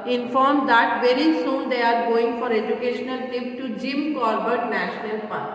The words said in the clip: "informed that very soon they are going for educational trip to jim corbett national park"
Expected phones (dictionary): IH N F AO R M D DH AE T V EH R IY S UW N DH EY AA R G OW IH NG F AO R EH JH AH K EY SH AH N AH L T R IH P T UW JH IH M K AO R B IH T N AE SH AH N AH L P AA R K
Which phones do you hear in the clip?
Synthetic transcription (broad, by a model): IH N F AO R M D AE T V EH R IY S UW N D EY AA R G OW IH NG F AO R EH JH AH K EY SH AH N AH L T IH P T UW JH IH M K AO R B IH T N AE SH AH N AH L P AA R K